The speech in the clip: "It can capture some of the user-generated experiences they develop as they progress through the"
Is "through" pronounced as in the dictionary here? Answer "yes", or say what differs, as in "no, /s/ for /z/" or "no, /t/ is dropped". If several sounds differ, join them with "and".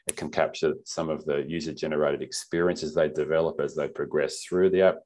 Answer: yes